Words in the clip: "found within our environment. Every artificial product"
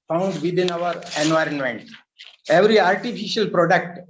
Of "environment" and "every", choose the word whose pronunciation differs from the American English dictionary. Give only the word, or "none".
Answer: none